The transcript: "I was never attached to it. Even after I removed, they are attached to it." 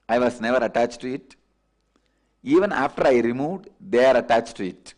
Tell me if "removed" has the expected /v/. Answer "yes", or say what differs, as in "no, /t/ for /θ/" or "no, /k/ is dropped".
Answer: yes